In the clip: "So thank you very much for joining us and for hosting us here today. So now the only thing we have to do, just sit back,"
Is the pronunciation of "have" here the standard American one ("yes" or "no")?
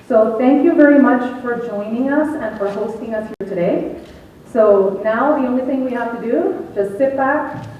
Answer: no